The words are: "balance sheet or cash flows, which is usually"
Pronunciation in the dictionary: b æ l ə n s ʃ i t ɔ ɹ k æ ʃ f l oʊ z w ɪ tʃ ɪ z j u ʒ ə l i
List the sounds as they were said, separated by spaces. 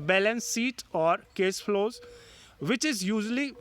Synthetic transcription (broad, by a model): b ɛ l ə n s i t ɔ ɹ k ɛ s f l oʊ z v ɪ tʃ ɪ z j u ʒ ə l i